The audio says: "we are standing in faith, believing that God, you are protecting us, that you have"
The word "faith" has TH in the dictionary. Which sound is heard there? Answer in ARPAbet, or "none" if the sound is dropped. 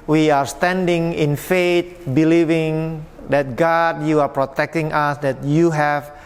T